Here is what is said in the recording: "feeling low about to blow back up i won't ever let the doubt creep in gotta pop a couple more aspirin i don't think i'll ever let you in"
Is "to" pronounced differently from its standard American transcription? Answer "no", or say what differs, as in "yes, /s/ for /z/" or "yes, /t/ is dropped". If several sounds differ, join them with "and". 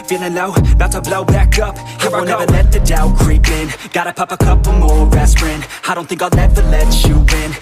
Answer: yes, /s/ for /t/